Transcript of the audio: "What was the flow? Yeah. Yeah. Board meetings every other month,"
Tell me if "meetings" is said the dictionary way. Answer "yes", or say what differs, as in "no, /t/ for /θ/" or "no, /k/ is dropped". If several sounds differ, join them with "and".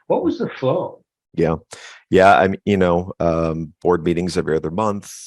yes